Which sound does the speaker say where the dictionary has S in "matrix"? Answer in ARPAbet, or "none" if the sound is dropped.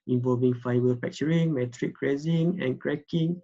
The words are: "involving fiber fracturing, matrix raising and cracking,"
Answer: none